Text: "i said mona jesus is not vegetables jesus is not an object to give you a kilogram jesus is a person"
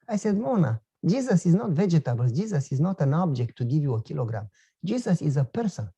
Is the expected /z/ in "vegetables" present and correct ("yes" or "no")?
no